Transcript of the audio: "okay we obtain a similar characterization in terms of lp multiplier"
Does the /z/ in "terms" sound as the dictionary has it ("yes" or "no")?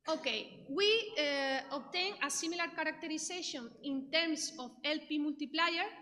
no